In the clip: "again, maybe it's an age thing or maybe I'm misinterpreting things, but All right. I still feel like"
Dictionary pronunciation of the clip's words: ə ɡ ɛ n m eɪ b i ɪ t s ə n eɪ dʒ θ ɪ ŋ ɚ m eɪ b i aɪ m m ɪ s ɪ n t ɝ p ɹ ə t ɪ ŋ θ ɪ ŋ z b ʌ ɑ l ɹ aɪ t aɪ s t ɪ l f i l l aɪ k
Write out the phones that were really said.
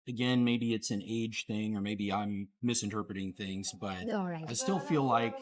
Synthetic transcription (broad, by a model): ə ɡ ɛ n m eɪ b i ɪ t s ə n eɪ dʒ θ ɪ ŋ ɚ m eɪ b i aɪ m m ɪ s ɪ n t ɝ p ɹ ə t ɪ ŋ θ ɪ ŋ z b ʌ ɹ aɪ t aɪ s t ɪ l f i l l aɪ k